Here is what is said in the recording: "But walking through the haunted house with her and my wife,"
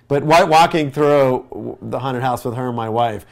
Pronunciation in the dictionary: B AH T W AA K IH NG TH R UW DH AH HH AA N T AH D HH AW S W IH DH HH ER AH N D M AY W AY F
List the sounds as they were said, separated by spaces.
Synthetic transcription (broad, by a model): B AH T W AA K IH NG TH R UW DH AH HH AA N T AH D HH AW S W IH DH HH ER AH N M AY W AY F